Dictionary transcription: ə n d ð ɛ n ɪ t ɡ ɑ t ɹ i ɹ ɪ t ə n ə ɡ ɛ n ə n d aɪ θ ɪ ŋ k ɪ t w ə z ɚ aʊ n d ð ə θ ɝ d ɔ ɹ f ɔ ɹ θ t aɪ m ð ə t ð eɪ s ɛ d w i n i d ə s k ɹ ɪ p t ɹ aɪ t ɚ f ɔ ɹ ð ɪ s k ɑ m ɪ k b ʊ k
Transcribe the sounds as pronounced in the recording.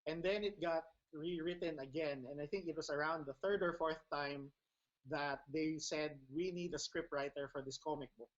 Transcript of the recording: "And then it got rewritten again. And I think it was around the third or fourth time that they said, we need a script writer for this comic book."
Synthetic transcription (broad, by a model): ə n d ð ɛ n ɪ t ɡ ɑ t ɹ i ɹ ɪ t ə n ə ɡ ɛ n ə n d aɪ θ ɪ ŋ k ɪ t w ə s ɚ aʊ n d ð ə θ ɝ d ɔ ɹ f ɔ ɹ θ t aɪ m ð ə t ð eɪ s ɛ d w i n i d ə s k ɹ ɪ p t ɹ aɪ t ɚ f ɔ ɹ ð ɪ s k ɑ m ɪ k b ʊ k